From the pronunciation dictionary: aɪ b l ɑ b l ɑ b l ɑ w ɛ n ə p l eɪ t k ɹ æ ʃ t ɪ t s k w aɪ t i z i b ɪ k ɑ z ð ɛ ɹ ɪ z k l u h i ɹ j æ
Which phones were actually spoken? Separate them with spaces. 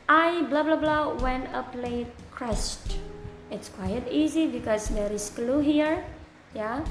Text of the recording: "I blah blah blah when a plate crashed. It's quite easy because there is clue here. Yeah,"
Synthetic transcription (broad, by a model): aɪ b l ɑ b l ɑ b l ɑ w ɛ n ə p l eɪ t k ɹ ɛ s t ɪ t s k w aɪ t i z i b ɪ k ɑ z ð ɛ ɹ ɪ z k l u h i ɹ j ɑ